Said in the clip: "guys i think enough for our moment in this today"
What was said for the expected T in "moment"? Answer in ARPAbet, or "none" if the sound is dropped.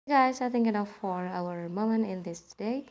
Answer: none